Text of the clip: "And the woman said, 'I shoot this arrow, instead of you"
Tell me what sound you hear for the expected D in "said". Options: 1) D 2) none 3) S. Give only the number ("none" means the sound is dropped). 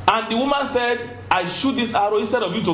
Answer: 1